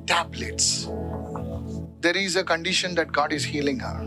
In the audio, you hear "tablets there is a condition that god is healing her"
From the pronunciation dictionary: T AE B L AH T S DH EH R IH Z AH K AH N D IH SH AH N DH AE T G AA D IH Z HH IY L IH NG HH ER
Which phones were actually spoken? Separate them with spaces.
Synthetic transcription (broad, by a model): T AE B L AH T S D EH R IH Z AH K AH N D IH SH AH N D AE T G AA D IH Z HH IY L IH NG HH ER